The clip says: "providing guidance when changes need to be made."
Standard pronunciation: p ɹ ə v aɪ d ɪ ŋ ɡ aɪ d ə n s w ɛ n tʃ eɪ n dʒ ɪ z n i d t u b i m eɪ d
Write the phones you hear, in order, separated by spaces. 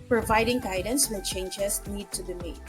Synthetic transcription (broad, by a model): p ɹ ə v aɪ d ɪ ŋ ɡ aɪ d ə n s w ɛ n tʃ eɪ n dʒ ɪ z n i d t u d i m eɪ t